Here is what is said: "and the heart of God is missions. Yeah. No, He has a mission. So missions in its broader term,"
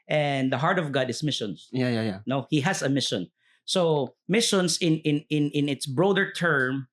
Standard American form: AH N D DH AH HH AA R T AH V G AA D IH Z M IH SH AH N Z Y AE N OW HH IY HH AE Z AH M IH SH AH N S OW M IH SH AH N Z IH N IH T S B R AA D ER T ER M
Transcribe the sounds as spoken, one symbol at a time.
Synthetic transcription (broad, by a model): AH N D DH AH HH AA R T AH V G AA D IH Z M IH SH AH N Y Y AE N OW HH IY HH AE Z AH M IH SH AH N S OW M IH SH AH N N IH N IH T S B R AA D ER T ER M